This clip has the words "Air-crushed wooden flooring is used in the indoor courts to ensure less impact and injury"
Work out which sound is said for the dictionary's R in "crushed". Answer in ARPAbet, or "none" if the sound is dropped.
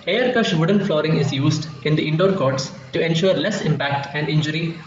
none